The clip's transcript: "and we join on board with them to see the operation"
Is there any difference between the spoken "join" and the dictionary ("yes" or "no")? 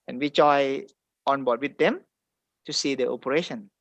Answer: yes